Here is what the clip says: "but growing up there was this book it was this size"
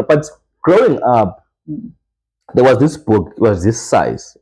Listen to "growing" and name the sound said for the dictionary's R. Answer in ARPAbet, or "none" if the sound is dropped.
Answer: R